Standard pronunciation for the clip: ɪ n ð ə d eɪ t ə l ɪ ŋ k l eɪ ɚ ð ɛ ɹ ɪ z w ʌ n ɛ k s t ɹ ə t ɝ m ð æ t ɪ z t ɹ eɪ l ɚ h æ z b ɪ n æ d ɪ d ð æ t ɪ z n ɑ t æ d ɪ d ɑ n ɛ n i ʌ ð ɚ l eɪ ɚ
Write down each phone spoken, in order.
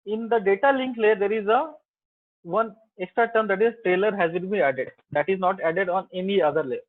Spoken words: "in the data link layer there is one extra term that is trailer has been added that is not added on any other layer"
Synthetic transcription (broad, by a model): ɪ n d ə d eɪ t ə l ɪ ŋ k l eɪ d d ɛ ɹ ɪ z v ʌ n ɛ k s t ɹ ə t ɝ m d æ t ɪ z t ɹ eɪ l ɚ h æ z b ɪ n æ d ɪ d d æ t ɪ z n ɑ t æ d ɪ d ɑ n ɛ n i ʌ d ɚ l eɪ